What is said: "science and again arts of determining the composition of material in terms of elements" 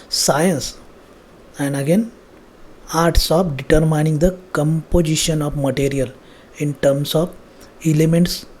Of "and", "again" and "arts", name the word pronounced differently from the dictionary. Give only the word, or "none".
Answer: none